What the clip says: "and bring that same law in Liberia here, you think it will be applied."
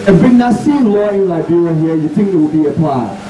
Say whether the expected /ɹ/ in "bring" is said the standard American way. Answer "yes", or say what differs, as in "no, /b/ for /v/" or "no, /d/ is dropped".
no, /ɹ/ is dropped